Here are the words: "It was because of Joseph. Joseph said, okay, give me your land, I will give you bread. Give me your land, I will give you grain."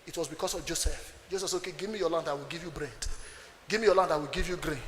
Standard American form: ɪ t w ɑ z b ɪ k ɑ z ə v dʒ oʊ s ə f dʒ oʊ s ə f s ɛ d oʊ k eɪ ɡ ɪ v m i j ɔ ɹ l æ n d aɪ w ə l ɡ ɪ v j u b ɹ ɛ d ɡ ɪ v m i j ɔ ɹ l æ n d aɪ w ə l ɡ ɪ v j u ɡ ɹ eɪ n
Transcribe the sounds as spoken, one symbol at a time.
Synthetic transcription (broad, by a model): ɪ t w ɑ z b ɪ k ɑ s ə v dʒ oʊ s ə f dʒ oʊ s ə f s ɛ oʊ k eɪ ɡ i v m i j ɔ l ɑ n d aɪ w ə l ɡ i v j u b ɹ ɛ d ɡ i v m i j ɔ l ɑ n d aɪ w ə l ɡ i v j u ɡ ɹ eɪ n